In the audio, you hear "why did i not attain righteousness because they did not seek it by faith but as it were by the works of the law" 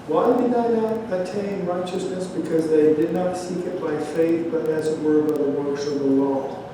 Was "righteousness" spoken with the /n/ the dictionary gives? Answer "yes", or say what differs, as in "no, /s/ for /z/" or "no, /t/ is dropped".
yes